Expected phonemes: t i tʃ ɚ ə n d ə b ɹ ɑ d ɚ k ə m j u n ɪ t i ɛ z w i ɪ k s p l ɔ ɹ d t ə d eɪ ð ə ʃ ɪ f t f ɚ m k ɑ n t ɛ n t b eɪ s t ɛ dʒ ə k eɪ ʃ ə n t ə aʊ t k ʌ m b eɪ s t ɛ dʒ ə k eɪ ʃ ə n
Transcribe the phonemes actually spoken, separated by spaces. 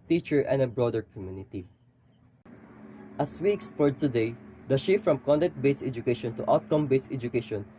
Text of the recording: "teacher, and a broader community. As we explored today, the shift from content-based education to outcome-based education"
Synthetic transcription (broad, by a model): t i tʃ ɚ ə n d ə b ɹ ɑ d ɚ k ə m j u n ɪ t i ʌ s w i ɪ k s p ɔ ɹ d t ə d eɪ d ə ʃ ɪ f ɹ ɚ m k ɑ n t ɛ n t b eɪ s ɛ dʒ ə k eɪ ʃ ə n t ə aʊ t k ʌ m b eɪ s ɛ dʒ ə k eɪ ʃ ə n